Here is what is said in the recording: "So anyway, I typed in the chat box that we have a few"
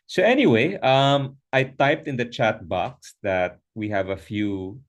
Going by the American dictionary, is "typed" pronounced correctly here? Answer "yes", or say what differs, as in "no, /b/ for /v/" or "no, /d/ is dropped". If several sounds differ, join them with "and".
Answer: yes